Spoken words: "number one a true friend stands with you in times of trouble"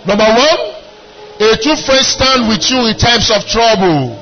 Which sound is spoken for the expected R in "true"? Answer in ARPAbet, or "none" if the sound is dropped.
none